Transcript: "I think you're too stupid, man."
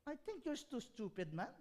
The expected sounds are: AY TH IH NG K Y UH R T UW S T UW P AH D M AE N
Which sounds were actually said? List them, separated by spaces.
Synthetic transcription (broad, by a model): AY T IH NG K Y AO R T UW S T UW P AH D M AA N